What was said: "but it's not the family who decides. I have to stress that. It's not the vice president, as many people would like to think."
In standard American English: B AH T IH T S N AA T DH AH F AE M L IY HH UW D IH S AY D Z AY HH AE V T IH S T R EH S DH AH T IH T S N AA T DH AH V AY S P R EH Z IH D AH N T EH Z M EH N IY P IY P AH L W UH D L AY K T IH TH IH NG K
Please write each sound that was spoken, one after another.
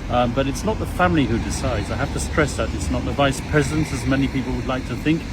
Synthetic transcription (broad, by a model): B AH T IH T S N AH T DH AH F AE M L IY HH UW D IH S AY D Z AY HH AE F T IH S T R EH S DH AH T IH T S N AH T DH AH V AY S P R EH Z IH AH N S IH Z M EH N IY P IY P L W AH D L AY K T IH TH IH NG K